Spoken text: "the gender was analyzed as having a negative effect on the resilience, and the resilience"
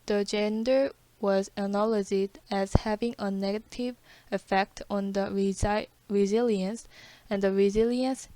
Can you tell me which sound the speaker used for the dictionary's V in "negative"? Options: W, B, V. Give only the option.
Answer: V